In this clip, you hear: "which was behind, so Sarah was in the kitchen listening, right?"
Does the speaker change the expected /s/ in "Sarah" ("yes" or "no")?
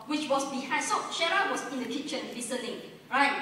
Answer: yes